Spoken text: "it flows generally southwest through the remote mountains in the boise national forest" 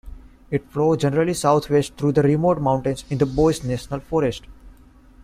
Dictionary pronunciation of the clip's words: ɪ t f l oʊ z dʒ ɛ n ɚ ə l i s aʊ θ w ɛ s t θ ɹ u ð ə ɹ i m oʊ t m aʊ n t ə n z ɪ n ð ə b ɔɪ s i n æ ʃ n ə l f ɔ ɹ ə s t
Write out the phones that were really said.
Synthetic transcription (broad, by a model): ɪ t f l oʊ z dʒ ɛ n ɚ ə l i s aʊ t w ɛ s t t ɹ u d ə ɹ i m oʊ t m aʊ n t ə n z ɪ n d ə b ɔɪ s n æ ʃ n ə l f ɔ ɹ ə s t